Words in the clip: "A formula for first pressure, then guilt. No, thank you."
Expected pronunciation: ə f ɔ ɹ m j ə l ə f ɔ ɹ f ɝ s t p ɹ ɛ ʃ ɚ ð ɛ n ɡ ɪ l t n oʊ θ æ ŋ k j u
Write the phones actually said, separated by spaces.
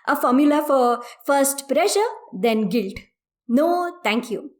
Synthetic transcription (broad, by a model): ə f ɔ ɹ m j ə l ə f ɔ ɹ f ɝ s t p ɹ ɛ ʃ ɚ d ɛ n ɡ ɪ l t n oʊ t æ ŋ k j u